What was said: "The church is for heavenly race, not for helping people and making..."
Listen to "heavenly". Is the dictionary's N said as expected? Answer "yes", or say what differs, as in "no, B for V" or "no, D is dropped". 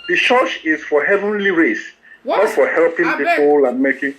yes